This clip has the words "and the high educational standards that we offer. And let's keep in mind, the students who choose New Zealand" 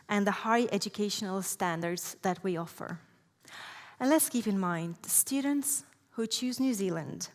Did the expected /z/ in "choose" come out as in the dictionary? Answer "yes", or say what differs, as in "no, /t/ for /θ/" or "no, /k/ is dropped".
yes